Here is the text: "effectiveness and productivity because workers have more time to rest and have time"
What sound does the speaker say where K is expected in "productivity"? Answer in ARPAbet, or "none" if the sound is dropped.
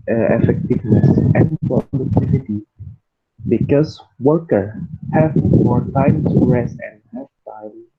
none